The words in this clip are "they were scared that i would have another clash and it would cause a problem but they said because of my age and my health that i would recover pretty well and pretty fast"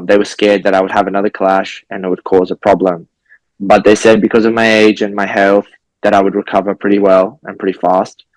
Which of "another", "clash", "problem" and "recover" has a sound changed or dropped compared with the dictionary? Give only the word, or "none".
none